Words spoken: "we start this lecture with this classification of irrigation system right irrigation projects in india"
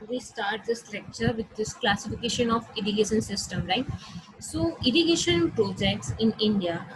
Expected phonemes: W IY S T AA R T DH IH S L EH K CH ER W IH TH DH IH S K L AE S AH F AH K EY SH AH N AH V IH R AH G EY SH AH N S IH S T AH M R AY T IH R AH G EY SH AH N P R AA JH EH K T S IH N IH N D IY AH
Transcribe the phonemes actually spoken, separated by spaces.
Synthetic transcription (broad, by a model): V IY S T AA R T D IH S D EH K CH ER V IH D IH S K L AE S AH F AH K EY SH AH N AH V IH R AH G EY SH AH N S IH S T AH M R AY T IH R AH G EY SH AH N P R AA JH EH K T S IH N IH N D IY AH